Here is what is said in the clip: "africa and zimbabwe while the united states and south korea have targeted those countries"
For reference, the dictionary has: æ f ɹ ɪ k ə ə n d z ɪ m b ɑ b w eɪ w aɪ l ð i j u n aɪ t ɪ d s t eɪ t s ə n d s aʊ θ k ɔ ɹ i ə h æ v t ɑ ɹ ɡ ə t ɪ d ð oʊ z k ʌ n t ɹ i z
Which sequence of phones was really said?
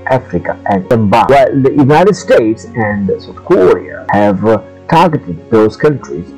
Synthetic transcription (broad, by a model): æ f ɹ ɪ k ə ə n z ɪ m b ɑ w w aɪ l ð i j u n aɪ t ɪ d s t eɪ t s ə n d s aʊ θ k ɔ ɹ i ə h æ v t ɑ ɹ ɡ ə t ɪ d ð oʊ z k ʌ n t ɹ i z